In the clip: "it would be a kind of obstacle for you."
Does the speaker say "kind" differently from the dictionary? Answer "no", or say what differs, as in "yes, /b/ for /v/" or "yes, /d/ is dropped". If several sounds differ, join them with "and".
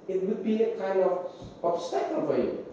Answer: no